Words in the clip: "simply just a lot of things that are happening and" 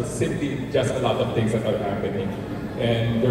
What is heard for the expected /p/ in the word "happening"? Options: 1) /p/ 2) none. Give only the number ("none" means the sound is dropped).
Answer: 2